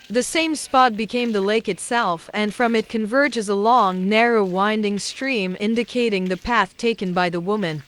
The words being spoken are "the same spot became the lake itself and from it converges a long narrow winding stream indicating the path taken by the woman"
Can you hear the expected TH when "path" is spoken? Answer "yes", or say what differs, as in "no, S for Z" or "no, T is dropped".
yes